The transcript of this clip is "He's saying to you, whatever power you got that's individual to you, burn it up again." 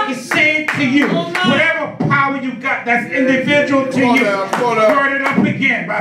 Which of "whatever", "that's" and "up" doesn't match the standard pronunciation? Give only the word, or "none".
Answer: none